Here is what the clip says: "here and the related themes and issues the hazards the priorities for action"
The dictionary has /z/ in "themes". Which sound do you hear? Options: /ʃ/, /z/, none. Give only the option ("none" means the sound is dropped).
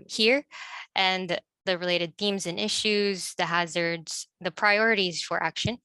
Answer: /z/